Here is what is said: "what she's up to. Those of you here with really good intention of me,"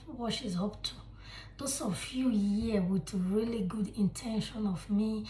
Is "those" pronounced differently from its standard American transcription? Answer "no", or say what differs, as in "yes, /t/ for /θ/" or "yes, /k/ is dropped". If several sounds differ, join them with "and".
yes, /s/ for /z/